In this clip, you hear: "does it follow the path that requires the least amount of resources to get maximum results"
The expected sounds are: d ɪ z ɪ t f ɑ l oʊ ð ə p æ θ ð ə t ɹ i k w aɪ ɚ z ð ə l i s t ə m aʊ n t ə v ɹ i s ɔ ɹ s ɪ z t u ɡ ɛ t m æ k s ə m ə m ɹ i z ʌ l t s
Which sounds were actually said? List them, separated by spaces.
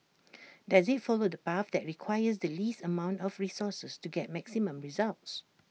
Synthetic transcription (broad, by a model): d ɪ z ɪ t f ɑ l oʊ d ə p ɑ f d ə t ɹ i k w aɪ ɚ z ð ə l i s t ə m aʊ n t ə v ɹ i s ɔ s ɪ s t u ɡ ɛ t m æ k s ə m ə m ɹ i z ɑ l t s